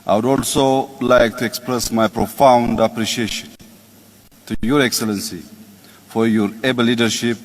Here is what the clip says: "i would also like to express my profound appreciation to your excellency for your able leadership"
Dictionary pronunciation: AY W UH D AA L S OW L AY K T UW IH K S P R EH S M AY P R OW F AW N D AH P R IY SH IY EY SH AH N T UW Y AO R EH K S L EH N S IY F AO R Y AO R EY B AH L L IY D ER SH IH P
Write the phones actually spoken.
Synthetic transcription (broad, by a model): AY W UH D AA L S OW L AY K T UW IH K S P R EH S M AY P R OW F AW N D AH P R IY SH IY EY SH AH N T UW Y AO R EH K S L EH N S IY F AO R Y AO R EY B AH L L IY D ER SH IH P